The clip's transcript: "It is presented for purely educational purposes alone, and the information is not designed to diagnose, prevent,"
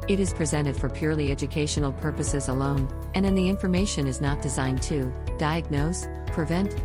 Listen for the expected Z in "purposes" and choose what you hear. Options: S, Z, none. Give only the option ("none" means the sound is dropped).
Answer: Z